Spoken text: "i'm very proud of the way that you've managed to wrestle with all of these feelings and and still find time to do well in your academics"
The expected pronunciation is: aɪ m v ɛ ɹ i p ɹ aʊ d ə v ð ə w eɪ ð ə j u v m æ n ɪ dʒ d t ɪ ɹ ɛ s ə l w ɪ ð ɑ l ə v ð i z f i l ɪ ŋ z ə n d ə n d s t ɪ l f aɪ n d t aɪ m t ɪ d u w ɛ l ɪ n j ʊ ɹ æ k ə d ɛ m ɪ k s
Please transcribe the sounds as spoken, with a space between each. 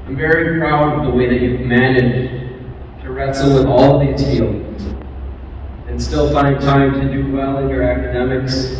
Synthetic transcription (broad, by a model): aɪ m v ɛ ɹ i p ɹ aʊ d ə v ð ə w eɪ ð ə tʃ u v m æ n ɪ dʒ t ɪ ɹ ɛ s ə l w ɪ ð ɑ l ə v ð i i ɪ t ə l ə n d s t ɪ l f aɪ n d t aɪ m t ɪ d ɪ w ɛ l ɪ n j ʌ ɹ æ k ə d ɛ m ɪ k s